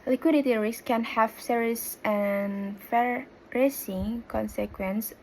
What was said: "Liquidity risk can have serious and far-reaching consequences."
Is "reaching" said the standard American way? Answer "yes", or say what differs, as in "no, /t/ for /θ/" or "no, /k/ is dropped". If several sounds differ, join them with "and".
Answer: no, /s/ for /tʃ/